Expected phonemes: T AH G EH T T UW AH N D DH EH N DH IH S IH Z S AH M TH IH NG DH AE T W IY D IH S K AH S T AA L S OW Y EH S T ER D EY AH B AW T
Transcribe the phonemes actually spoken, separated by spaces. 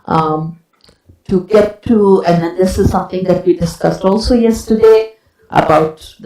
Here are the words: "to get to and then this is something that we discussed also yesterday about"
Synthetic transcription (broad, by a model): T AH G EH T T UW AH N D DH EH N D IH S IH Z S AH M T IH NG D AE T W IY D IH S K AH S T AA L S OW Y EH S T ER D EY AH B AW T